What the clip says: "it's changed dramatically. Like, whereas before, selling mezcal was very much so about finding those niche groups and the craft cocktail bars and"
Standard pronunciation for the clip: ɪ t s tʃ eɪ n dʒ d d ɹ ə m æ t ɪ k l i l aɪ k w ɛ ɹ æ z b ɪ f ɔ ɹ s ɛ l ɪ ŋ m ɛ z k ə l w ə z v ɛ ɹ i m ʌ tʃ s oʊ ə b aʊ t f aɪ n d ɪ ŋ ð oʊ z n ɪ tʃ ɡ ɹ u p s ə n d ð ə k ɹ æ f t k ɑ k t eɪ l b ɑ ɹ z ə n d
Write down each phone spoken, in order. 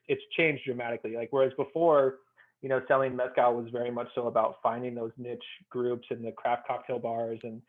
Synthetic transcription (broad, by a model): ɪ t s tʃ eɪ n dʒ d d ɹ ə m æ t ɪ k l i l aɪ k w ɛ ɹ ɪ z b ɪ f ɔ ɹ s ɛ l ɪ ŋ m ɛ s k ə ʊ w ə z v ɛ ɹ i m ʌ tʃ s oʊ ə b aʊ t f aɪ n d ɪ ŋ ð oʊ z n ɪ tʃ ɡ ɹ u p s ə n ð ə k ɹ æ f t k ɑ k t eɪ l b ɑ ɹ z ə n